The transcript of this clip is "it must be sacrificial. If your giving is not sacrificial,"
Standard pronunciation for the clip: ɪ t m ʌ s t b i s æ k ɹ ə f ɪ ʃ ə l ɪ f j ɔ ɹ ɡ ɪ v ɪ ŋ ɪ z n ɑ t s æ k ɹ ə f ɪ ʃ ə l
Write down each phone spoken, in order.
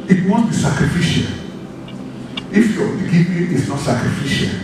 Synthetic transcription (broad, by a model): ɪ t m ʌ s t b i s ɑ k ɹ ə f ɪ ʃ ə l ɪ f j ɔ l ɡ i p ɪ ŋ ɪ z n ɑ t s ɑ k ɹ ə f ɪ ʃ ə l